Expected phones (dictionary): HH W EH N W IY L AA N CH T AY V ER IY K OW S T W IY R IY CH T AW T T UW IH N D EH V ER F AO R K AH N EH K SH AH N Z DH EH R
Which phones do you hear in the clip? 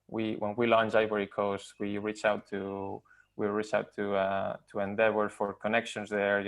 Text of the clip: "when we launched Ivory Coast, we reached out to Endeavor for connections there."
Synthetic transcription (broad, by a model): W W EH N W IY L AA N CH AY B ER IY K OW S T W IY R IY CH T AW T T UW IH N D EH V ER F AO R K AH N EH K SH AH N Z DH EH R